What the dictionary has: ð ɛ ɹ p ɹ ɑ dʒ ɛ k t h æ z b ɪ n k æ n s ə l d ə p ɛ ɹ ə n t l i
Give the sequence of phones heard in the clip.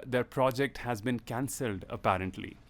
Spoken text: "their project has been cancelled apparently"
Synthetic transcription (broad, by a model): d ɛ ɹ p ɹ ɑ dʒ ɛ k t h æ z b ɪ n k æ n s ə l d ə p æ ɹ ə n t l i